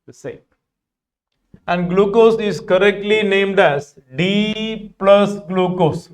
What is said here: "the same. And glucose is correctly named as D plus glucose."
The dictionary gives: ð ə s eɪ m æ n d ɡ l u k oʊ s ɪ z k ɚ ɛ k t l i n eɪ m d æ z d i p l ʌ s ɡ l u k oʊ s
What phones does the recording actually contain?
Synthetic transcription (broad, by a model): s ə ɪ æ n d ɡ l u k oʊ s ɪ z k ɚ ɛ k t l i n eɪ m d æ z d i p l ʌ s ɡ l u k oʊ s